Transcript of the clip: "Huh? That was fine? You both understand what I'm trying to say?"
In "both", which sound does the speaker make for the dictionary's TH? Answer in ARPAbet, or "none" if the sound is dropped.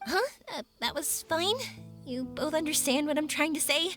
TH